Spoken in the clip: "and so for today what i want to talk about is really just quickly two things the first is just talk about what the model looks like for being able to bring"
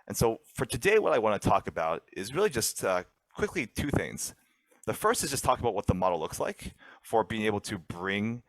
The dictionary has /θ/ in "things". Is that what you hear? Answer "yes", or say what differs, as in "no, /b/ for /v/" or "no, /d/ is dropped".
yes